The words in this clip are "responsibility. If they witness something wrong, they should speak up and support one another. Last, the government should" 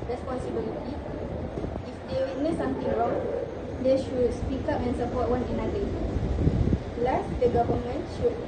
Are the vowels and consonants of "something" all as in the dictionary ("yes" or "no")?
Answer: no